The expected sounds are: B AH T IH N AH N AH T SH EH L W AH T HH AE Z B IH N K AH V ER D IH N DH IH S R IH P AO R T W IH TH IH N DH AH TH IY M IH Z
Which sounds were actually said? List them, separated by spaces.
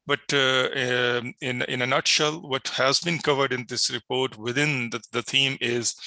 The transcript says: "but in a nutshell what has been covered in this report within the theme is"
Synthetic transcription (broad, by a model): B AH T IH N AH N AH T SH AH L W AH T HH AE Z B IH N K AH V ER D IH N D IH S R IH P AO R T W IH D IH N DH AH T IY M IH Z